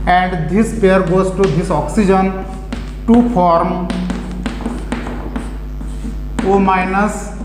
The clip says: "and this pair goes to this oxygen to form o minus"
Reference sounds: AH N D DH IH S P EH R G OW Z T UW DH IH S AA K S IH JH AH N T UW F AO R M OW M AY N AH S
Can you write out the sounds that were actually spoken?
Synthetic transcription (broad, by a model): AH N D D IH S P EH R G OW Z T UW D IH S AA K S IH JH AH N T UW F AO R M OW M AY N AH S